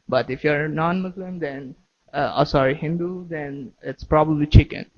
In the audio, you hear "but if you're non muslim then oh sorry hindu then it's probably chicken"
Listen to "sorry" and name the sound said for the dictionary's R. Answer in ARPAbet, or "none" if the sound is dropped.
R